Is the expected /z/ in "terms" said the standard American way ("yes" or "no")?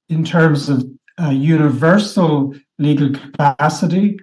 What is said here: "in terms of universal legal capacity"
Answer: yes